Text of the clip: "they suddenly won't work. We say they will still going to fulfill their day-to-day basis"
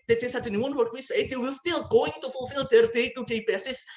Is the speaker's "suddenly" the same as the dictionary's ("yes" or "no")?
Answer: no